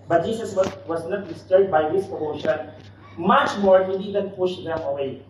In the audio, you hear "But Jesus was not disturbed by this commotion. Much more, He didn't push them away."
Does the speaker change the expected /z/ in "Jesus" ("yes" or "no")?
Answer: yes